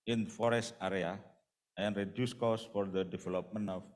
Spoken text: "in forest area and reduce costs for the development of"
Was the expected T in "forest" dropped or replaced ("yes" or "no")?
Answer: no